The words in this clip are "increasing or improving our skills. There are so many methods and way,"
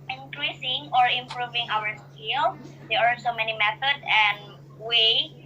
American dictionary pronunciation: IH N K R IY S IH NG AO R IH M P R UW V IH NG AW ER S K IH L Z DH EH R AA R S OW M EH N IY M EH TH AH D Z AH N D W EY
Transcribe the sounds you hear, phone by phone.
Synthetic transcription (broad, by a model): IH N K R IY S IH NG AO R IH M P R UW V IH NG AW ER S K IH L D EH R AA R S OW M EH N IY M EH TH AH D AH N W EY